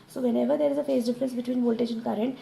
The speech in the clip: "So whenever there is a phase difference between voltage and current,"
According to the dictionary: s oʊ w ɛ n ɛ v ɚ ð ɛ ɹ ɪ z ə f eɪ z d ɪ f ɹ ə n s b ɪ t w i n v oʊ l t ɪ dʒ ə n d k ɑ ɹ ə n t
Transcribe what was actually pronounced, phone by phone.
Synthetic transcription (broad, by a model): s oʊ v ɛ n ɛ v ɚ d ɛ ɹ ɪ z ə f eɪ s d ɪ f ɹ ə n s b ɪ t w i n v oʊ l t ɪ ʃ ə n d k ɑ ɹ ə n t